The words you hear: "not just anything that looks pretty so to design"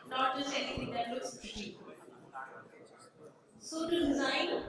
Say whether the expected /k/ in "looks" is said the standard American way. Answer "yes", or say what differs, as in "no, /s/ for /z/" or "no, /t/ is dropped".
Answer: no, /k/ is dropped